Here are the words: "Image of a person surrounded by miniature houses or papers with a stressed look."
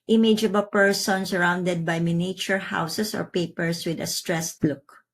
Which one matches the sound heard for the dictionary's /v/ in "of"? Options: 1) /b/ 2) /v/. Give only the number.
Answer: 1